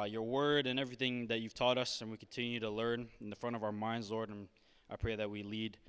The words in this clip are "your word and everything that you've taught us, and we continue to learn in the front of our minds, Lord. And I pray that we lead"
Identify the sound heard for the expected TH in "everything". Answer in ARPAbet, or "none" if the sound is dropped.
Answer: TH